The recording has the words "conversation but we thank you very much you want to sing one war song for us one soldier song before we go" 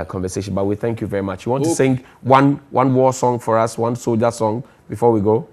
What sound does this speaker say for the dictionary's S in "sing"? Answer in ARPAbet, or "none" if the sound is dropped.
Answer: S